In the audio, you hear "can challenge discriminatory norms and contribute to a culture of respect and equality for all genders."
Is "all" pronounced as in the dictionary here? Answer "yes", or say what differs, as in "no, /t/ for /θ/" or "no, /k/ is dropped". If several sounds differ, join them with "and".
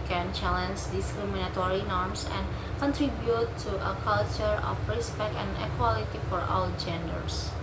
no, /w/ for /l/